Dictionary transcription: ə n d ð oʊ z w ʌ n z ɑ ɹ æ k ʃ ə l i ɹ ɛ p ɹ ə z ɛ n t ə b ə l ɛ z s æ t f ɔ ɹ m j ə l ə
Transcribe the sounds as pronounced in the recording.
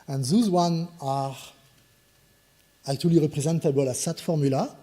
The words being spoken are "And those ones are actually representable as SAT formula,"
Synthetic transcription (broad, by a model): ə n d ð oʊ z w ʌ n ɑ ɹ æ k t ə l i ɹ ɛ p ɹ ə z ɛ n t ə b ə l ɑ s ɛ t f ɔ ɹ m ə l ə